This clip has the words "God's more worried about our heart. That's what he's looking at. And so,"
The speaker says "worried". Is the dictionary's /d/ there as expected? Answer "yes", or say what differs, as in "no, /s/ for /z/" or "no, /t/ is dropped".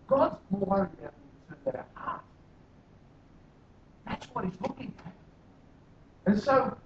no, /d/ is dropped